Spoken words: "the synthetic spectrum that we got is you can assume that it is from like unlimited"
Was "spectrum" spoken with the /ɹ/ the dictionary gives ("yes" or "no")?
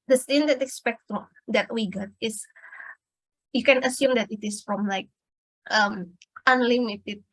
no